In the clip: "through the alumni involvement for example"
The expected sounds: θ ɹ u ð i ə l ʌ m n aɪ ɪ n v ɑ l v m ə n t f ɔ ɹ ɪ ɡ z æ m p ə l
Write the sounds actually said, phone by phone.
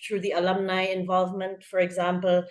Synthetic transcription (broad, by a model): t ɹ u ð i ə l ʌ m n aɪ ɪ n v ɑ l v m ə n t f ɔ ɹ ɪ ɡ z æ m p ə l